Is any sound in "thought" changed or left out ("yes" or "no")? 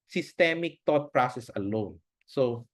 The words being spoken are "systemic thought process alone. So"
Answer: yes